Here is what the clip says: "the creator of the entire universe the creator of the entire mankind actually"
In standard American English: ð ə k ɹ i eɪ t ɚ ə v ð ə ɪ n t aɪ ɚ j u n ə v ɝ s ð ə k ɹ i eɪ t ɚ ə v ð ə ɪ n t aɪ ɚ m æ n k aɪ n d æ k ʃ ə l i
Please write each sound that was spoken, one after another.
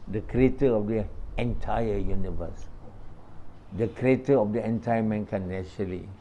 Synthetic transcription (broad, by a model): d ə k ɹ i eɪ t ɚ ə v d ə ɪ n t aɪ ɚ j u n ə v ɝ s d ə k ɹ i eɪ t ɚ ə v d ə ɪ n t aɪ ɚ m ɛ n k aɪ n ɛ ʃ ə l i